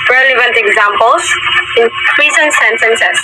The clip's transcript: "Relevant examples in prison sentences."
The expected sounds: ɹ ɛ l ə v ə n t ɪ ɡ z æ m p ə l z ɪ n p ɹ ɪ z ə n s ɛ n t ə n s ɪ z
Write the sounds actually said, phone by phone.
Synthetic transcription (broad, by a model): ɹ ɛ l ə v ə n t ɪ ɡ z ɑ m p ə l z ɪ n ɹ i s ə n s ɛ n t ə n s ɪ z